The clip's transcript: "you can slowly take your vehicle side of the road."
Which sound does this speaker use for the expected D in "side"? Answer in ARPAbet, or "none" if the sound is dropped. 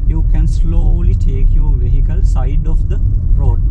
D